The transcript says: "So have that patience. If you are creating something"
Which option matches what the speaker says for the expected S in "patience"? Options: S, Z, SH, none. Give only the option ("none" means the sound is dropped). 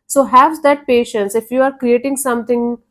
S